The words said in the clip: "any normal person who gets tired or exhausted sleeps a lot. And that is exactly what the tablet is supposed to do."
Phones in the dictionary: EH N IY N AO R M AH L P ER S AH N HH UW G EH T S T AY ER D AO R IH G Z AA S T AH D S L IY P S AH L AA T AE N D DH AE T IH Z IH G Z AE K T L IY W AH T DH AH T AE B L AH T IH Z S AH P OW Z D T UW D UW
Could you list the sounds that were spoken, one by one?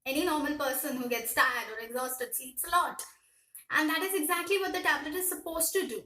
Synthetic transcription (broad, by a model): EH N IY N AO R M AH L P ER S AH N HH UW G EH T S T AY ER D AO R IH G Z AA S T AH D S IY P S AH L AA T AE N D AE T IH Z IH G Z AE K T L IY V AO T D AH T AE B L AH T IH Z S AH P OW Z T UW D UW